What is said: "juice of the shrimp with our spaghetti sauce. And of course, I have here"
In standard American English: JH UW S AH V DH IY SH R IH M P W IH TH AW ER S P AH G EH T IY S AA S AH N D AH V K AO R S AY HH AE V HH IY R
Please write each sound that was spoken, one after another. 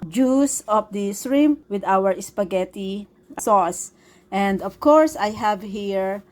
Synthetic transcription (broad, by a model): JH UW S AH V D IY S R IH M W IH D AW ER S P AH G EH T IY S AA S AH N D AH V K AO R S AY HH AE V HH IY R